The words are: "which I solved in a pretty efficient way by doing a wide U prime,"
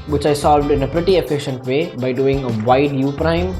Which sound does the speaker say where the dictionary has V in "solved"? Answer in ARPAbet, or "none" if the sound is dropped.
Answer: V